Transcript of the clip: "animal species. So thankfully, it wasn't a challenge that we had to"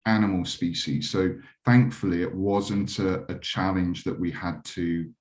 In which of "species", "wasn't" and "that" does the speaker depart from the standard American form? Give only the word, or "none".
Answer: none